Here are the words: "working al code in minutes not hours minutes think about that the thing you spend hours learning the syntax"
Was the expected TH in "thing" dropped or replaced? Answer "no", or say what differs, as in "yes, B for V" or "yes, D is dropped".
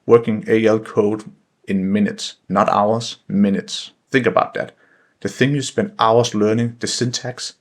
no